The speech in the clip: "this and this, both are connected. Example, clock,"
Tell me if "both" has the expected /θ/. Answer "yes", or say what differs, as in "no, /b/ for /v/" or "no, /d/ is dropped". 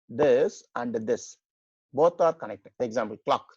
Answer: no, /t/ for /θ/